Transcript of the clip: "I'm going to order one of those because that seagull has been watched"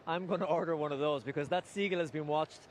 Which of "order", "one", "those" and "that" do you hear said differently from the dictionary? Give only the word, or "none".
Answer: none